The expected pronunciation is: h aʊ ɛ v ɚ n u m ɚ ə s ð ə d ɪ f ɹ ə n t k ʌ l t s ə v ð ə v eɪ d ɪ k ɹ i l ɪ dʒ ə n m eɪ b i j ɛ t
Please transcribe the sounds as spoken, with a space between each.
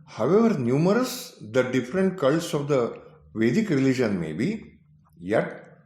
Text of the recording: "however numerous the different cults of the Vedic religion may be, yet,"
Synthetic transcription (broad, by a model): h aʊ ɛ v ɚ n u m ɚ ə s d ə d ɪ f ɹ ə n t k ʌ l s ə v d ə v eɪ d ɪ k ɹ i l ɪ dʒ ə n m eɪ b i j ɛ t